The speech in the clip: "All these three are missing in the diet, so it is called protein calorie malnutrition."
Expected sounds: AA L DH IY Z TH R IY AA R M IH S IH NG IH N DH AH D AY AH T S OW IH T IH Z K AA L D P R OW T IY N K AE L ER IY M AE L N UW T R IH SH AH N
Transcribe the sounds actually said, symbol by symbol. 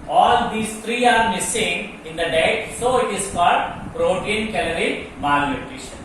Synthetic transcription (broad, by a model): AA L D IY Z T R IY AA R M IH S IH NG IH N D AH D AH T S OW IH T IH Z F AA D P R OW T IY N K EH L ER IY M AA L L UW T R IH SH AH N